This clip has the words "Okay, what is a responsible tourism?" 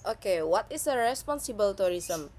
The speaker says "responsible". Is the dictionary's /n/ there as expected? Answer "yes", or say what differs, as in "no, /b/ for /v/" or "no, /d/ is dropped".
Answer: yes